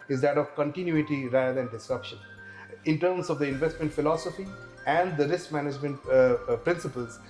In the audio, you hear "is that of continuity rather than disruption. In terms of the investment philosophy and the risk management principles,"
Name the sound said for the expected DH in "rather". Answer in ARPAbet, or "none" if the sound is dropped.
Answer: none